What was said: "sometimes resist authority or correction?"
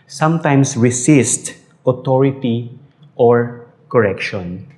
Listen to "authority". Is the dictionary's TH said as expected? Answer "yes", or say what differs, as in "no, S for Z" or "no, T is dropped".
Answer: no, T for TH